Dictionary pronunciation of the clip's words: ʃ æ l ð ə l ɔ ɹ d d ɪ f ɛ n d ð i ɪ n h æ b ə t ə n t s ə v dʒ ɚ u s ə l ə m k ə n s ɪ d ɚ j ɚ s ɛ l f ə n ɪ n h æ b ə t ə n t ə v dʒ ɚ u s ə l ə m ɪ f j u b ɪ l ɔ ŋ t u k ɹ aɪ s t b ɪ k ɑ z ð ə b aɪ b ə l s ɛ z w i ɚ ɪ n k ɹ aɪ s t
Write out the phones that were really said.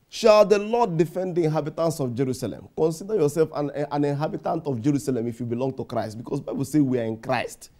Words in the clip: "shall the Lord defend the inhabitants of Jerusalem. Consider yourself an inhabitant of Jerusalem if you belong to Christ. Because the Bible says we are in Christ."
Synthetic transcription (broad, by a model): ʃ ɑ l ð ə l ɔ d d ɪ f ɛ n d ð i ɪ n h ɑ b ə t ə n t s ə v dʒ ɚ u s ə l ə m k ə n s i d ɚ j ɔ s ɛ l f ə n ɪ n h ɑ b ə t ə n t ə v dʒ ɚ u s ə l ə m ɪ f j u b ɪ l ɔ ŋ t u k ɹ aɪ s t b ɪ k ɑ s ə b aɪ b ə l s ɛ w i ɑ ɪ n k ɹ aɪ s t